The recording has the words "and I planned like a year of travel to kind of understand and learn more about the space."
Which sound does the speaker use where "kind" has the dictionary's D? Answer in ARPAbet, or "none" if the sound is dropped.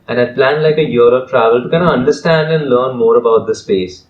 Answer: none